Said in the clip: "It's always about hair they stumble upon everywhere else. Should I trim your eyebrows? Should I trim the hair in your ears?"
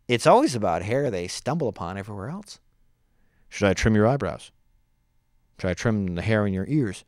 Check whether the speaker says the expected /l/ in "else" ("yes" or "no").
yes